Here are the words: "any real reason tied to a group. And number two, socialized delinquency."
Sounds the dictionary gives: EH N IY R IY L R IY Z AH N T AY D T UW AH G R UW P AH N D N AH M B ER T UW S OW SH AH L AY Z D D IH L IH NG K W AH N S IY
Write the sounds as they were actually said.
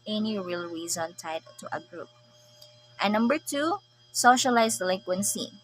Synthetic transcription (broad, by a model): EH N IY R IY L R IY Z AH N T AY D T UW AH G R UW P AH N N AH M B ER T UW S OW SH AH L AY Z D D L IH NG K W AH N S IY